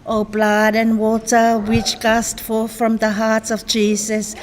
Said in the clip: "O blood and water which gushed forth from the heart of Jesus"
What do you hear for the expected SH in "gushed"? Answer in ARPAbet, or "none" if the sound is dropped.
S